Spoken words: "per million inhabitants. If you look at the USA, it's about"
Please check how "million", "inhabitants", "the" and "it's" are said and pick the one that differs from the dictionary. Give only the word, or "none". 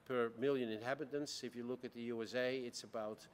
none